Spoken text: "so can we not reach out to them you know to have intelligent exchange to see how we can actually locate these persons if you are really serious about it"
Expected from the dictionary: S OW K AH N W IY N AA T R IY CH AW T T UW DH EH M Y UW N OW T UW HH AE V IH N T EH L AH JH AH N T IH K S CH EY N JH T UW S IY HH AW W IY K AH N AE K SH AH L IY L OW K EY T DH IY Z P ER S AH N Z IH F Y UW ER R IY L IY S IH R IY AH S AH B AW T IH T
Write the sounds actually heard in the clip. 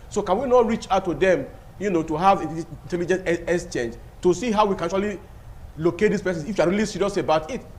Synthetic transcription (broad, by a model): S OW K AH N W IY N AA T R IY CH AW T T UW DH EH M Y UW N OW T UW HH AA V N T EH L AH JH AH N T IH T S CH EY N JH T UW S IY HH AW W IY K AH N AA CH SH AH L IY L OW K EY T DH IY S P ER S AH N IH F Y UW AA R IY L IY S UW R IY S AH B AW T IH T